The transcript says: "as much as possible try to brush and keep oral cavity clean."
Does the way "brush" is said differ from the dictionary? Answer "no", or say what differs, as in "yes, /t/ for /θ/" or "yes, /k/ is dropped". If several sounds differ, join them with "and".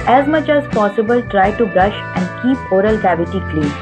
no